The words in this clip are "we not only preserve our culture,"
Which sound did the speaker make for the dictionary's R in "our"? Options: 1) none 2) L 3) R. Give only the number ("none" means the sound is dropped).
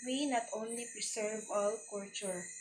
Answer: 2